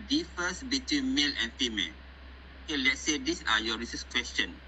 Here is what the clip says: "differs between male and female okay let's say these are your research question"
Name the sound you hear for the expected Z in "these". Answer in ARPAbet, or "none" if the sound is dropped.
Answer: S